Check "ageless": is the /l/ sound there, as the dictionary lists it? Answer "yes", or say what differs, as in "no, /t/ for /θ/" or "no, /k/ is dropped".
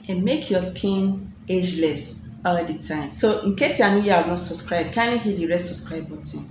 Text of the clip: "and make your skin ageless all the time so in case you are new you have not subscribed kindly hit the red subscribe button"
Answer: yes